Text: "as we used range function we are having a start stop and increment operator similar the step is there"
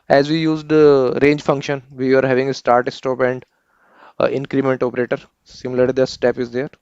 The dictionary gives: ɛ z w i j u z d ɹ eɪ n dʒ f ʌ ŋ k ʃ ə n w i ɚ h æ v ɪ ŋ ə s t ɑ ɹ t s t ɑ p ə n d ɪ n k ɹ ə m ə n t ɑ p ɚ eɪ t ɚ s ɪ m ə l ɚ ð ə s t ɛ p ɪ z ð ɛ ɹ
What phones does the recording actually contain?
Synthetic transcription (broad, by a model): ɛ z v i j u z d ɹ eɪ n dʒ f ʌ ŋ k ʃ ə n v i ɚ h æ v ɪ ŋ ə s t ɑ ɹ t s t ɑ p ə n d ɪ n k ɹ ə m ə n t ɑ p ɚ eɪ t ɚ s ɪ m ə l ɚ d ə s t ɛ p ɪ z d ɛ ɹ